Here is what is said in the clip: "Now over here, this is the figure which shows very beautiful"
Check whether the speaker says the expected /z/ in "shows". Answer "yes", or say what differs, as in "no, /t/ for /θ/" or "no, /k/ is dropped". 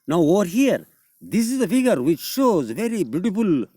yes